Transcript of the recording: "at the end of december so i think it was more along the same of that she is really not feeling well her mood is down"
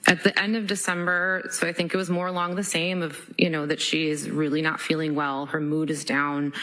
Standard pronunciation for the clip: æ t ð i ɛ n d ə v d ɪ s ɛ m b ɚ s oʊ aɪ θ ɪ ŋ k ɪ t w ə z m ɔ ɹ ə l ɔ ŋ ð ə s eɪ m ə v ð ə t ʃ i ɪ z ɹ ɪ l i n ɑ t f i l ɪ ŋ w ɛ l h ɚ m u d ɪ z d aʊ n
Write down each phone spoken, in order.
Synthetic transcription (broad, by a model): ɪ t ð i ɛ n d ə v d ɪ s ɛ m b ɚ s oʊ aɪ θ ɪ ŋ k ɪ t w ə z m ɔ ɹ ə l ɔ ŋ ð ə s eɪ m ə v ð ə t ʃ i ɪ z ɹ ɪ l i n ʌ t f i l ɪ ŋ w ɛ l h ɚ m u d ɪ z d aʊ n